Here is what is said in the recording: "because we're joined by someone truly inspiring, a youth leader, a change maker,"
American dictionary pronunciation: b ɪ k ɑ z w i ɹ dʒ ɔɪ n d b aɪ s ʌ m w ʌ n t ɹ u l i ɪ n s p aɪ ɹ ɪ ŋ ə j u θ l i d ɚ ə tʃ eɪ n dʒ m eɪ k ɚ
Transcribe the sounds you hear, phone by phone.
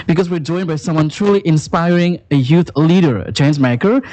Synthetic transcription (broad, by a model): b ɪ k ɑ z w i ɹ dʒ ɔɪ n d b aɪ s ʌ m w ʌ n t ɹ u l i ɪ n s p aɪ ɹ ɪ ŋ ə j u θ l i d ɚ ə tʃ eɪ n z m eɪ k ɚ